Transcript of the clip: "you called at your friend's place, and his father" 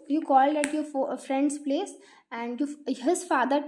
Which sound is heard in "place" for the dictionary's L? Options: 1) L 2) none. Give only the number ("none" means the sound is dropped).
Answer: 1